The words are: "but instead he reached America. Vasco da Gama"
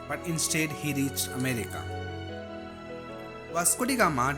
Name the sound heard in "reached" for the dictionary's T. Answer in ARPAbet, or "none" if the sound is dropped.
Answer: none